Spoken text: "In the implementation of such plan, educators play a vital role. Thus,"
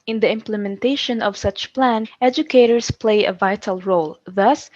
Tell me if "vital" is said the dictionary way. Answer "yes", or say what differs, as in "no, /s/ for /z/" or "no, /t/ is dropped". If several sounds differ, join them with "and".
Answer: yes